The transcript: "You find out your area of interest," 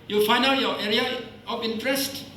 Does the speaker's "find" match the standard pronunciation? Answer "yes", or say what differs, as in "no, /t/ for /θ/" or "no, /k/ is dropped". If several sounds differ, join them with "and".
no, /d/ is dropped